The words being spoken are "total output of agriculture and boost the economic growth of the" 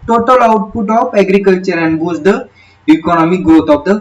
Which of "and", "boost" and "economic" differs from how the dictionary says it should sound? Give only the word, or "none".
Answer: boost